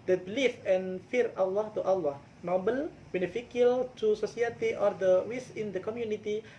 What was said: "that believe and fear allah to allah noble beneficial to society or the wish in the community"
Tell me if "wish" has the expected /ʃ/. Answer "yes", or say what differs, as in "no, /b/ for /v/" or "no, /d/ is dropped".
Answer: no, /s/ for /ʃ/